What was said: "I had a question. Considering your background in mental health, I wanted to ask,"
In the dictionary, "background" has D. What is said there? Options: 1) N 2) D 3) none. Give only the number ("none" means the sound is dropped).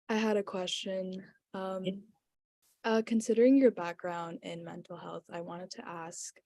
2